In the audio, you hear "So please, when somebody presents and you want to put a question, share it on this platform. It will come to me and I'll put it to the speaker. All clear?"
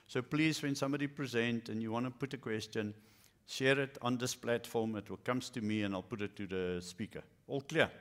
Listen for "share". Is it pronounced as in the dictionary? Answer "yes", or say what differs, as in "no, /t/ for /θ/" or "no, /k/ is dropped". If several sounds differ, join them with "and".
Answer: yes